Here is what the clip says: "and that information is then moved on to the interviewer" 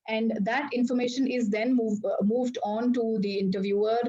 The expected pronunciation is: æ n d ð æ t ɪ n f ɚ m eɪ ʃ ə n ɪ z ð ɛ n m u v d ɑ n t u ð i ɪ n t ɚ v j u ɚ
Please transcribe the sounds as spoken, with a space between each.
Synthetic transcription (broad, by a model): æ n d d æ t ɪ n f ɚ m eɪ ʃ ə n ɪ z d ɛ n m u v d ɑ n t u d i ɪ n t ɚ v j u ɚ